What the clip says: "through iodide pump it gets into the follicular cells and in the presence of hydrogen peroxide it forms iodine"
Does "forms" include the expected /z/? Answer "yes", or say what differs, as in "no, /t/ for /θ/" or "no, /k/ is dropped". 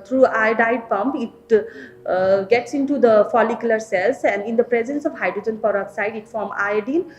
no, /z/ is dropped